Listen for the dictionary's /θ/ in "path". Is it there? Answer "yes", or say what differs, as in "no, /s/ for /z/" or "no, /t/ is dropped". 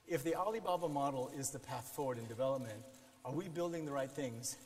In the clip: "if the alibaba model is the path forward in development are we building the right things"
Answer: yes